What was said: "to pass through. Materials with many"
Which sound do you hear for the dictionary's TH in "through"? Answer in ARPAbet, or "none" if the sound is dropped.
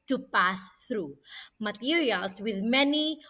TH